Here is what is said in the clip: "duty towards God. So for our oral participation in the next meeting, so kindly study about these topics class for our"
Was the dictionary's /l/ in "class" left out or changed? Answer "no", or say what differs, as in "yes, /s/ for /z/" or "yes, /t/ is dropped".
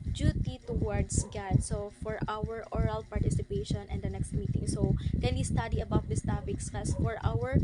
yes, /l/ is dropped